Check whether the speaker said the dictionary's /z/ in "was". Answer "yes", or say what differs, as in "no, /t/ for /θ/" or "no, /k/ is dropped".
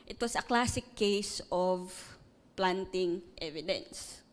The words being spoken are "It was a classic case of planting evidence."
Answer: no, /s/ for /z/